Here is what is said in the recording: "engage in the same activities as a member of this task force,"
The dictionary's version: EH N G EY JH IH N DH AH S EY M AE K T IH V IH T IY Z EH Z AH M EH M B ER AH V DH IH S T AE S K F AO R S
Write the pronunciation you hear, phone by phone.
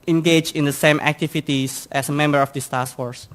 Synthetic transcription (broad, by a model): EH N G EY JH IH N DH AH S EY M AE K T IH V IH T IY S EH S AH M EH M B ER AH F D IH S T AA S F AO R S